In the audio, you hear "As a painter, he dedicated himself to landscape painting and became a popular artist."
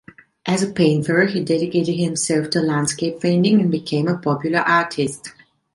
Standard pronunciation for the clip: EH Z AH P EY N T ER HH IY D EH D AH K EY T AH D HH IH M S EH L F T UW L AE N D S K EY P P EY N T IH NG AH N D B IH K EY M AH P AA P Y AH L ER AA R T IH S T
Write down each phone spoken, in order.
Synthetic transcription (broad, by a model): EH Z AH P EY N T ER HH IY D EH D AH K EY T AH D HH IH M S EH L F T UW L AE N D S K EY P F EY N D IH NG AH N B IH K EY M AH P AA P Y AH L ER AA R T IH S T